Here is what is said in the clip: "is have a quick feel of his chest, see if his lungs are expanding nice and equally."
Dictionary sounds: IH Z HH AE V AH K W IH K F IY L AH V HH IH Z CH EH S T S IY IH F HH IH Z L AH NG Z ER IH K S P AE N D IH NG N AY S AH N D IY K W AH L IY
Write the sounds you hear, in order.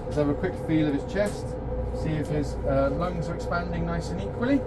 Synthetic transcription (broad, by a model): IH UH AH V AH K W IH K F IY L AH V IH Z CH EH S T S IY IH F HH IH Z L AH NG Z ER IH K S P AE N D IH NG N AY S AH N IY K W AH L IY